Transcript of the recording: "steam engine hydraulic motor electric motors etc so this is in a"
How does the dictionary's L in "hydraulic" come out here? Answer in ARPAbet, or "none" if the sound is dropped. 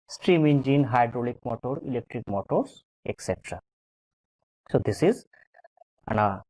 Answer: L